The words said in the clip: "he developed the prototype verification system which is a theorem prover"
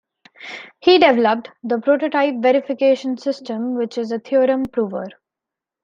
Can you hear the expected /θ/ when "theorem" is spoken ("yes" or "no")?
no